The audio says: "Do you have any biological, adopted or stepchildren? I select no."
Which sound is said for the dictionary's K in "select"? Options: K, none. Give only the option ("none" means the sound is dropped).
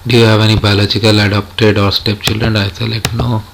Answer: none